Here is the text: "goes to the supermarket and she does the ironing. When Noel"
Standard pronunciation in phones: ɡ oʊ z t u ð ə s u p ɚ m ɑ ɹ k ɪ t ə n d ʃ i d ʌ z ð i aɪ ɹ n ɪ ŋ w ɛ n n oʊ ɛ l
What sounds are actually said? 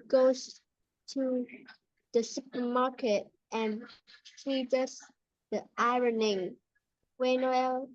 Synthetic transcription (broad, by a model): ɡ oʊ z t u ð ə s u p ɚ m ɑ ɹ k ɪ t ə n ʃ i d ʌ s ð i aɪ ɹ n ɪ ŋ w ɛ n n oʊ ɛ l